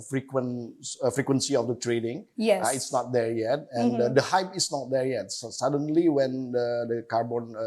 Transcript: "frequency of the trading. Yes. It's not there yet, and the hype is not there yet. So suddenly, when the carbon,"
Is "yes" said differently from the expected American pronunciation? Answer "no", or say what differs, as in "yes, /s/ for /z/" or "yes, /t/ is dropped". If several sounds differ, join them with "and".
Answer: yes, /s/ is dropped